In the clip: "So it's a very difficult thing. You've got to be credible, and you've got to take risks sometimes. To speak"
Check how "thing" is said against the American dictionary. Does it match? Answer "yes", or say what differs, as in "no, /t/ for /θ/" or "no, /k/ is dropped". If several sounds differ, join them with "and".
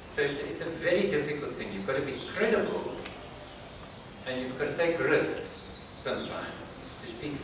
yes